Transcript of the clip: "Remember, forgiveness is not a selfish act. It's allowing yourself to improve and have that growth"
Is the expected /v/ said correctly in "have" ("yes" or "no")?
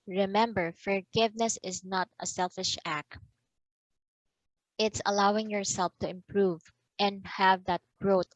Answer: yes